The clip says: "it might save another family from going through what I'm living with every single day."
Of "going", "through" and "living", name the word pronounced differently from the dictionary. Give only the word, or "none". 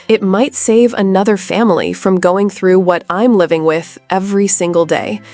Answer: none